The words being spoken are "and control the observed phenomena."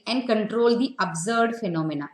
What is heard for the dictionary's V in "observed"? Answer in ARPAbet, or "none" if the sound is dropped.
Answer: none